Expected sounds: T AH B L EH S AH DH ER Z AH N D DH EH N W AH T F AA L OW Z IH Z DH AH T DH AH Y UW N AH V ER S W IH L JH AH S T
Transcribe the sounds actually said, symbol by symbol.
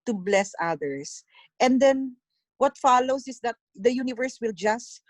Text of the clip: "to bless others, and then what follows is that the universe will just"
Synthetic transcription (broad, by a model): T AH B L EH S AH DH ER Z AH N D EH N W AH T F AA L OW S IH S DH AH T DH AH Y UW N AH V ER S W IH L JH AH S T